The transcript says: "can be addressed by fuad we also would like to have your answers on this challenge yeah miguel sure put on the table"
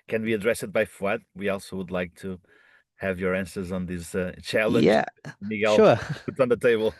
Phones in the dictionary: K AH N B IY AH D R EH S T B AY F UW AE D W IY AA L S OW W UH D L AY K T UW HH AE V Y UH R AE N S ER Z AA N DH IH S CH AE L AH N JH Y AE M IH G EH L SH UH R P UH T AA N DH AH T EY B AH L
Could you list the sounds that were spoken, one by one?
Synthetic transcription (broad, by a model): K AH N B IY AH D R EH S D B AY F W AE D W IY AA L S OW W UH D L AY K T UW HH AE V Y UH R AE N S ER Z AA N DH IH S CH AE L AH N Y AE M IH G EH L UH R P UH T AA N DH AH T EY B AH L